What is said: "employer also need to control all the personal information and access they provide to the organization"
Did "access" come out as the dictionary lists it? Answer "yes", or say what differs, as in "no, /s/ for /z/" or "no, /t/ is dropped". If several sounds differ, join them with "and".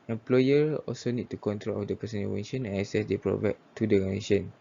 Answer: no, /k/ is dropped